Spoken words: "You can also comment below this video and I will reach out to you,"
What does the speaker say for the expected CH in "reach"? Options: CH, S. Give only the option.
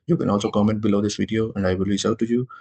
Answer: S